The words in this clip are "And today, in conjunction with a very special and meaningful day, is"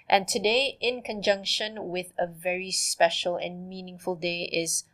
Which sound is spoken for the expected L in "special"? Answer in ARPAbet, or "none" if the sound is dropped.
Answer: L